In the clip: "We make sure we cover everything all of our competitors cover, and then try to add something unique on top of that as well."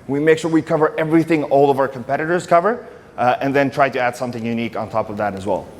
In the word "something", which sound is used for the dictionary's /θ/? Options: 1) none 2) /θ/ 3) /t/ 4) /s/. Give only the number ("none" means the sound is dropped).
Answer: 2